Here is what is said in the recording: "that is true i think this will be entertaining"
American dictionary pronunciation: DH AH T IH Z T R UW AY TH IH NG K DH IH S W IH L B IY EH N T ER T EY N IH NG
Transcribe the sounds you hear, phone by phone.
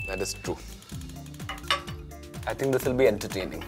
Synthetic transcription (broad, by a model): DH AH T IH S T R UW AY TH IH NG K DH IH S W IH L B IY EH N T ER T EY N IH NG